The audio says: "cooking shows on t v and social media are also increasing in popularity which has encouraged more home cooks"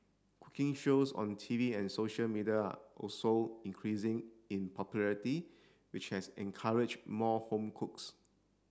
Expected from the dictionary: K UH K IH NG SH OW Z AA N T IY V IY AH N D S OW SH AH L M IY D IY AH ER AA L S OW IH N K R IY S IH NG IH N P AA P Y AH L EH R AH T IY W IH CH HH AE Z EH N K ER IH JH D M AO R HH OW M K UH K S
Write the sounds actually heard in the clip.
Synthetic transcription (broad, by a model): K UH K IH NG SH OW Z AA N T IY V IY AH N S OW SH AH L M IY D IY AH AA AA L S OW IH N K R IY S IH NG IH N P AA P Y AH L EH R AH T IY W IH CH HH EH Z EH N K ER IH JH M AO HH OW M K UH K S